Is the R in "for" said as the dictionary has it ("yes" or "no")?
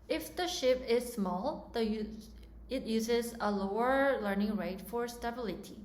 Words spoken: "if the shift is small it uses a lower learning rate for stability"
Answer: yes